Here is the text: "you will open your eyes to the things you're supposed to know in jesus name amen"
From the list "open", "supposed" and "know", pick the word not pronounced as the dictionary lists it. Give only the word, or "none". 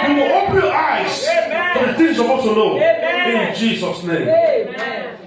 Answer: supposed